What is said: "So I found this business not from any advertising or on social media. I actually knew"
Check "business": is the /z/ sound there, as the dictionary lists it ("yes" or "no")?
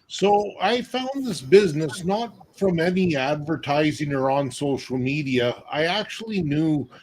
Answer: yes